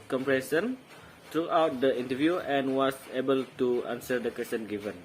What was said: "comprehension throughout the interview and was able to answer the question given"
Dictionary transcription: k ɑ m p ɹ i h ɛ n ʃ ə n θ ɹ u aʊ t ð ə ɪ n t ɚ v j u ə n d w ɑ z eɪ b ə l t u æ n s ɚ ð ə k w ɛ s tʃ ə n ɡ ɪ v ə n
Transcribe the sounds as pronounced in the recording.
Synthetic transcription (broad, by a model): k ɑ m p ɹ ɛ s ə n t ɹ u aʊ t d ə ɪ n t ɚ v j u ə n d w ɑ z eɪ b ə l t u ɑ n s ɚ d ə k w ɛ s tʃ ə n ɡ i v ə n